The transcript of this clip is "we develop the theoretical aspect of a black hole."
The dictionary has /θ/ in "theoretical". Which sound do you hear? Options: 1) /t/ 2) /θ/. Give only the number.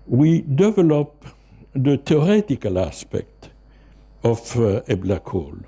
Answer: 1